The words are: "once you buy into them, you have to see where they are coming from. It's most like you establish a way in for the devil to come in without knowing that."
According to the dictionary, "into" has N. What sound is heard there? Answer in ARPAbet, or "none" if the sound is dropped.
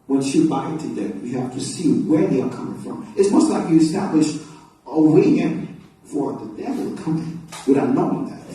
none